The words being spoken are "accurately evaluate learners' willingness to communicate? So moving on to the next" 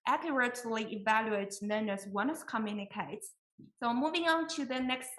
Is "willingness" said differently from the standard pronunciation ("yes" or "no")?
yes